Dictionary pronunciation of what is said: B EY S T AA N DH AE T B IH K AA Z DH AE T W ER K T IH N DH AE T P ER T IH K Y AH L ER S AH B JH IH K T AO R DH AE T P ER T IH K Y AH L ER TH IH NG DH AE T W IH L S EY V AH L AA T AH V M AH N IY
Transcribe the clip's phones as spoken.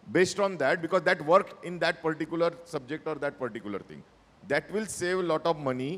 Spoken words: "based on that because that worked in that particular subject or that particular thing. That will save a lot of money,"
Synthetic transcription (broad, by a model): B EY S T AA N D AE T B IH K AA Z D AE T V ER K IH N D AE T P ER T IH K Y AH L ER S AH B JH IH K T AO R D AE T P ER T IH K Y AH L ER T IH NG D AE T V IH L S EY V L AA T AH V M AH N IY